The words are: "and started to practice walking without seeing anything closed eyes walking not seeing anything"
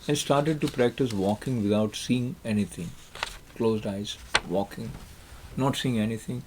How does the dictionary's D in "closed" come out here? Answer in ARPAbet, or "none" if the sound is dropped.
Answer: D